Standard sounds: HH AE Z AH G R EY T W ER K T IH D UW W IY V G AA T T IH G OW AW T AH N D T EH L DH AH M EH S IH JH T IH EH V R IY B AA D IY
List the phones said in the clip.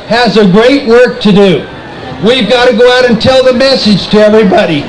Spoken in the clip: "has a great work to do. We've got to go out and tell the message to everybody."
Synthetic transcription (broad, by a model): HH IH Z AH G R EY T W ER K T IH D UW W IY V G AA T T IH G OW AW T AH N T EH L DH AH M EH S IH JH T IH EH V R IY B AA D IY